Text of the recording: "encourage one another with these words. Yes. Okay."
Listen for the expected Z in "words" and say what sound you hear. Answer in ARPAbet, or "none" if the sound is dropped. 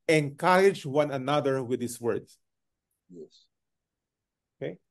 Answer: S